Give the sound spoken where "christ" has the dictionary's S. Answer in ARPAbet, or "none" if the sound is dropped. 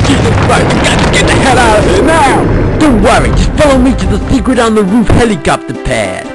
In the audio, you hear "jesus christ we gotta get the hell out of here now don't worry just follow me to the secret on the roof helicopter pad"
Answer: none